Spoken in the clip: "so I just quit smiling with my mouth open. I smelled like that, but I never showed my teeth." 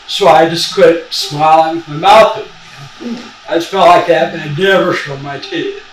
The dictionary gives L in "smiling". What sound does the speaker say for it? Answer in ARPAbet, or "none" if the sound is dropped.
L